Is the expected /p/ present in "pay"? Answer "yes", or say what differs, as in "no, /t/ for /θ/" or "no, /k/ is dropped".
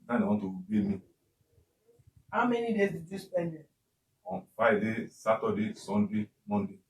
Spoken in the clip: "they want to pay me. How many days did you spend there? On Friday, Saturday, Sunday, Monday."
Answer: no, /b/ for /p/